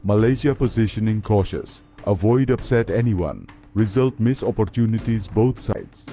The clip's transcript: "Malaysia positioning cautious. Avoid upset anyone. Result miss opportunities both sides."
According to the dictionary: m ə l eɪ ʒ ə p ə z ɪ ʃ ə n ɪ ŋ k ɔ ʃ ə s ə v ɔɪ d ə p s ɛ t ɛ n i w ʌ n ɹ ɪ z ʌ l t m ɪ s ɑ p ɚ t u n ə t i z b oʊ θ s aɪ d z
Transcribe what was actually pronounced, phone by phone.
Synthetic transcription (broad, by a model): m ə l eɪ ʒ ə p ə z ɪ ʃ ə n ɪ ŋ k ɔ ʃ ə s ə v ɔɪ d ə p s ɛ t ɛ n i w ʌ n ɹ ɪ z ʌ l t m ɪ s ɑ p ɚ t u n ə t i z b oʊ t s aɪ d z